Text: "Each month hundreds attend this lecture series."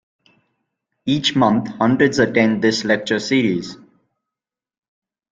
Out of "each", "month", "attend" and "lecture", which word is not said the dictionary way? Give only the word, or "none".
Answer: month